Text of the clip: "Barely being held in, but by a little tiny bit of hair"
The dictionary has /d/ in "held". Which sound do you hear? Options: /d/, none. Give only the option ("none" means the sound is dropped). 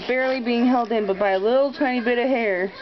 /d/